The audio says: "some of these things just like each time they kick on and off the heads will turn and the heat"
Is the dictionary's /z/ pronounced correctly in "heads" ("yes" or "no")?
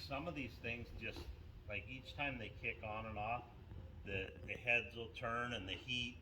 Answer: yes